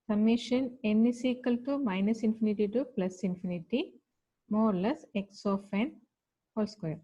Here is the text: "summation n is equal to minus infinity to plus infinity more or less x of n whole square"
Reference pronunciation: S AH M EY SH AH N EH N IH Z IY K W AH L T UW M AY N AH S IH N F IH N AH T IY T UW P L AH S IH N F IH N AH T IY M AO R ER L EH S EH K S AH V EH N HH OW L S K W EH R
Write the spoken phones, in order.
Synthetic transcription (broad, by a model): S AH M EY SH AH N EH N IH S IY K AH L T UW M AY N AH S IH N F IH N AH T IY T UW P L AH S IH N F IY N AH T IY M AO R L EH S EH K S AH F EH N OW L S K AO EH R